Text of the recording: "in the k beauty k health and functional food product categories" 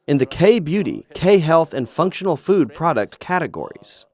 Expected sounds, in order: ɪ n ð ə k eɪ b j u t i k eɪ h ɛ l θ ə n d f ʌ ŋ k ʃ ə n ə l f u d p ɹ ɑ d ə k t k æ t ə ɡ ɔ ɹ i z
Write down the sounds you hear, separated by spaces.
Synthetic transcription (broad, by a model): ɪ n ð ə k eɪ b j u t i k eɪ h ɛ l θ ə n f ʌ ŋ k ʃ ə n l f u d p ɹ ɑ d ə k t k æ t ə ɡ ɔ ɹ i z